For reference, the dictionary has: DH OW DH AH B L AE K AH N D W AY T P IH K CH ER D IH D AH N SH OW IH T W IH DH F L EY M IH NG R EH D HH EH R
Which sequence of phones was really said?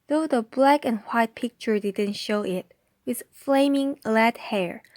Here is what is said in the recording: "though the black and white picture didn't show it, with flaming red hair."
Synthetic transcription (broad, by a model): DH OW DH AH B L AE K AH N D W AY T P IH K CH ER D IH D AH N SH OW IH T W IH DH F L EY M IH NG L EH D HH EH R